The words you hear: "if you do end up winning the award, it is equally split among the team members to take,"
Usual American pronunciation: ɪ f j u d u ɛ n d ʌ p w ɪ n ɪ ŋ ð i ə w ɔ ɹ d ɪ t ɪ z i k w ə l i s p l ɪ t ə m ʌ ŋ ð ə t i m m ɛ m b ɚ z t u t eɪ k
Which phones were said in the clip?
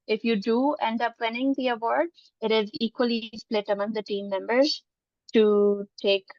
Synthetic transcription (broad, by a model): ɪ f j u d u ɛ n d ʌ p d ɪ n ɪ ŋ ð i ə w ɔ ɹ d ɪ t ɪ z i k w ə l i s p l ɪ t ə m ʌ ŋ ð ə t i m m ɛ m b ɚ z t u t eɪ k